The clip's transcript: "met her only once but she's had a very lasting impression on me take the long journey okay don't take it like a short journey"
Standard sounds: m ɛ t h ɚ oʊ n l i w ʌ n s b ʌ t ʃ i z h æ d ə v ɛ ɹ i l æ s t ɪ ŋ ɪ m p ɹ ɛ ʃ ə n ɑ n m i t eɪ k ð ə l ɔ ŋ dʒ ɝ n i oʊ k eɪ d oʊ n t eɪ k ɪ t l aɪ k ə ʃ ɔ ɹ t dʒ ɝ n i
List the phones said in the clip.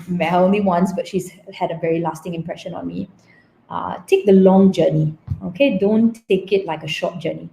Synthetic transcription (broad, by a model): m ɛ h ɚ oʊ n l i w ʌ n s b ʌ t ʃ i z h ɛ d ə v ɛ ɹ i l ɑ s t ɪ ŋ ɪ m p ɹ ɛ ʃ ə n ɑ n m i t eɪ k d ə l ɔ ŋ dʒ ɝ n i oʊ k eɪ d oʊ n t eɪ k ɪ t l aɪ k ə ʃ ɔ t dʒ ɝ n i